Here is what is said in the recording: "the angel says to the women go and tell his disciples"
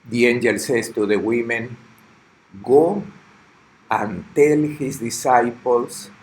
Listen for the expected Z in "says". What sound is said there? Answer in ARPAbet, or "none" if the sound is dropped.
S